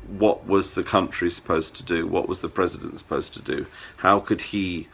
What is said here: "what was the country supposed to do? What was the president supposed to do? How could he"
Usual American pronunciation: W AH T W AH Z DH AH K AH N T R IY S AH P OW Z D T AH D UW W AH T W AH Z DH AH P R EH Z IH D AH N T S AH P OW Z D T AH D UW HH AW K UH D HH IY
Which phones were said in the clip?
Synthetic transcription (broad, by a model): W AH T W AH Z DH AH K AH N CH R IY S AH P OW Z T AH D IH W AH T W AH Z DH AH P R EH Z IH D AH N T S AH P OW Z T AH D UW HH AW K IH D IY